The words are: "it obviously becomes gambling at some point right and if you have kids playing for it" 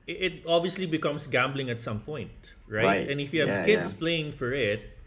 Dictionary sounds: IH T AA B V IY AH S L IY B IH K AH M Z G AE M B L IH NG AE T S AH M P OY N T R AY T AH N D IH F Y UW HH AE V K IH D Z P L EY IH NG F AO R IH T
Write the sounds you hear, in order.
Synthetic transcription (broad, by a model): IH T AA B V IY AH S L IY B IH K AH M S G AE M B L IH NG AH T S AH M P OY N T R AY T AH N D IH F Y UW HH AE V K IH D S P L EY IH NG F AO R IH T